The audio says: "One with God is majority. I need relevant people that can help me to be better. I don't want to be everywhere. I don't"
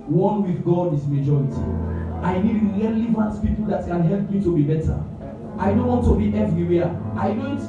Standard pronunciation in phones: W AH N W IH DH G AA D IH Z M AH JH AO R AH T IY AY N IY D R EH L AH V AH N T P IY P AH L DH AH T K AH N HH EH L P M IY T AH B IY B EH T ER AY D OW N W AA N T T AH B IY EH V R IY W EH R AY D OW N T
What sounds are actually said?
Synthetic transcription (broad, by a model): W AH N W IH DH G AA D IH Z M AH JH AO R AH T IY AY N IY D R EH L AH V AH N T P IY P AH L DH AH T K AH N HH EH L P M IY T AH B IY B EH T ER AY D OW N W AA N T T AH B IY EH V R IY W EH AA AY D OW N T